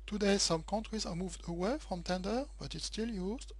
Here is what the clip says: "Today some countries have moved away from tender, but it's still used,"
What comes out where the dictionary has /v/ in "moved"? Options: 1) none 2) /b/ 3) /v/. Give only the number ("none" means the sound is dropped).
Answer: 3